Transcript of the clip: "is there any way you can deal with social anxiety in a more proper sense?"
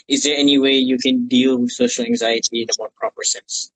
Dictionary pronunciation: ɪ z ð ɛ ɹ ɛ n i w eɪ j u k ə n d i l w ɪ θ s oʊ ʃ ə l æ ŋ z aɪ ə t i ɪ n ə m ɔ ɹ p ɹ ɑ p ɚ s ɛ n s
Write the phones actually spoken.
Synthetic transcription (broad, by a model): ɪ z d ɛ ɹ ɛ n i w eɪ j u k ə n d i l w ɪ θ s oʊ ʃ ə l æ ŋ z aɪ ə t i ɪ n ə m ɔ p ɹ ɑ p ɚ s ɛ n s